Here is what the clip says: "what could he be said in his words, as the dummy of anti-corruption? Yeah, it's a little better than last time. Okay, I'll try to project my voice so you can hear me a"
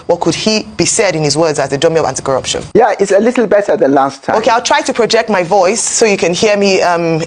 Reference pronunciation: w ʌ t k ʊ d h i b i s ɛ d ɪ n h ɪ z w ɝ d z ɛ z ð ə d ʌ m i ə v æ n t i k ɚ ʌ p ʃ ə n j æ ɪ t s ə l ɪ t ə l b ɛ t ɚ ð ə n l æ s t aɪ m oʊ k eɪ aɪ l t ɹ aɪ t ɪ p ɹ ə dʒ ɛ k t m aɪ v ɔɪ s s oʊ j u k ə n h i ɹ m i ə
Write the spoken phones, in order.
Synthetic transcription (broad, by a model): w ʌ t k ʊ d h i b i s ɛ d ɪ n h ɪ z w ɝ d z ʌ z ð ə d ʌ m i ə v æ n t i k ɚ ʌ p ʃ ə n j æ ɪ t s ə l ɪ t l b ɛ t ɚ ð ə n l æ s t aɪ oʊ k eɪ aɪ l t ɹ aɪ t ɪ p ɹ ə dʒ ɛ k t m aɪ v ɔɪ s s oʊ j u k ə n h i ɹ m i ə